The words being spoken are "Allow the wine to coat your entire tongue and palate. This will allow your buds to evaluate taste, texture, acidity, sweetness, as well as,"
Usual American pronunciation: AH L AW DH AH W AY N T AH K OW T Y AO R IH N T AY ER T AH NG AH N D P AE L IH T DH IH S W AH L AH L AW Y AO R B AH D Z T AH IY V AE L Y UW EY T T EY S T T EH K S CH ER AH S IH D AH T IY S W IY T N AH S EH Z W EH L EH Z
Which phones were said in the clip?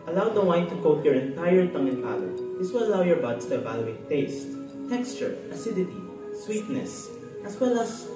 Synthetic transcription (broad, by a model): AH L AW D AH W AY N T AH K OW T Y AO R IH N T AY ER T AH NG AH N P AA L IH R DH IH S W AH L AH L AW Y AO R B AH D S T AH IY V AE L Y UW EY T T EY S T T EH K S CH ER AH S IH D AH T IY S W IY T N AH S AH S W EH L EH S